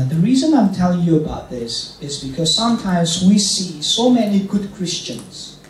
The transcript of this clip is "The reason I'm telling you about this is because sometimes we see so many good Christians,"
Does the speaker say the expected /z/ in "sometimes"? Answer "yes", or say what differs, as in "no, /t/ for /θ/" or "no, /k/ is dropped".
yes